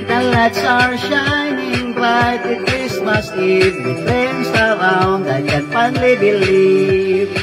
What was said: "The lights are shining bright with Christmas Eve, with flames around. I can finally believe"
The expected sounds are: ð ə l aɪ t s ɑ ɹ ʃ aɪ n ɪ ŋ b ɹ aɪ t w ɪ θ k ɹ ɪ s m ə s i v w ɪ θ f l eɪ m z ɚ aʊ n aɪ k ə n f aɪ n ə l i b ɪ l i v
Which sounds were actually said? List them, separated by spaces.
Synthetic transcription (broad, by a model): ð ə l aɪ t s ɑ ɹ ʃ aɪ n ɪ ŋ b l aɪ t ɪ k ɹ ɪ s m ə s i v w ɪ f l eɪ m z ɚ aʊ n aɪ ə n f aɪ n l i b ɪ l i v